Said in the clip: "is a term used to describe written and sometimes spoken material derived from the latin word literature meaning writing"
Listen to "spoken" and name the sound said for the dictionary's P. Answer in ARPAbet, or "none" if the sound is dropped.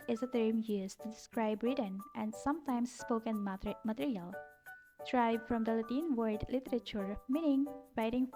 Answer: P